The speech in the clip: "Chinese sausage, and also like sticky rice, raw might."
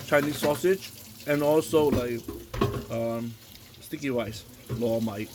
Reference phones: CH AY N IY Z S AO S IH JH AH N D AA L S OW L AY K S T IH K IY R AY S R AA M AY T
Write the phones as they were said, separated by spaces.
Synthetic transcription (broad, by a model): CH AY N IY S AO S IH JH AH N AA L S OW L AY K S T IH K IY W AY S L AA M AY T